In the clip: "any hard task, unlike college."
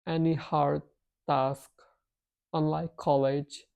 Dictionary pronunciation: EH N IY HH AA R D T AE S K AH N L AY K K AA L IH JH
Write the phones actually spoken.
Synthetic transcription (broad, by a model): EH N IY HH AA R D T AE S K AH N L AY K K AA L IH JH